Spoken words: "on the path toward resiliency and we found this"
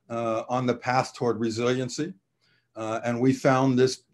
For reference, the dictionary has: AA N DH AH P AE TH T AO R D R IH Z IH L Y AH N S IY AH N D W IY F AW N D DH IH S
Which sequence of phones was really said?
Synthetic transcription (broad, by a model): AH N DH AH P AE TH T AO R D R IH Z IH L Y AH N S IY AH N W IY F AW N DH IH S